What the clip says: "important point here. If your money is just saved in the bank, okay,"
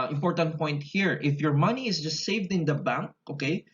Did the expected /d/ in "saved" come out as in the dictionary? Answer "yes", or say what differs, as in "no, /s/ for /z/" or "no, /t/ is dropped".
yes